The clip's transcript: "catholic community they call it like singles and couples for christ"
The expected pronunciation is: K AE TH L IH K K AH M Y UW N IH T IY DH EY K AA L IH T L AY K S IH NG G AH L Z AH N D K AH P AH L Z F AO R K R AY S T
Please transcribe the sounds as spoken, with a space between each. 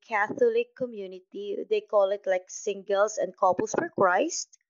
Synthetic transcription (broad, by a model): K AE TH L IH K K AH M Y UW N IH T IY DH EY K AA L IH T L AY K S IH NG G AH L S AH N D K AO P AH L S F AO R K R AY S T